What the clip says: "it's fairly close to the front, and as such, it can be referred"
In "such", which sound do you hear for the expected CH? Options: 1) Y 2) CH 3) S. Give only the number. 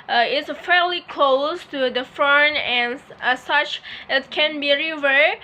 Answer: 2